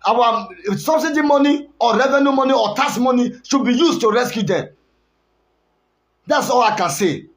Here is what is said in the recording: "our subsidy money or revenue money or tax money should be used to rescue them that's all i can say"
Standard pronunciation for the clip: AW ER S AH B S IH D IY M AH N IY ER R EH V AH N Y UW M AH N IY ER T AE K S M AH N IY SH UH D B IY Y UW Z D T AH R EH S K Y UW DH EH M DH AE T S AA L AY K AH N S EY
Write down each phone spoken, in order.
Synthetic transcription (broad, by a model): AW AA S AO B S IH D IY M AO N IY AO R EH V AH N Y UW M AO N IY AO T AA S M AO N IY SH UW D B IY Y UW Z T AH R EH S K Y UW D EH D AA T S AA L AY K AH N S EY